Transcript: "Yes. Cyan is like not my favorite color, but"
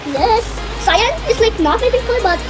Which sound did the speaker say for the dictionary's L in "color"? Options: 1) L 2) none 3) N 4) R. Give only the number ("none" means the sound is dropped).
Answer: 2